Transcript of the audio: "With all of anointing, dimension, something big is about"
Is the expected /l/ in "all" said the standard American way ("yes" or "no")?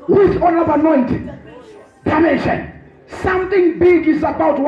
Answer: no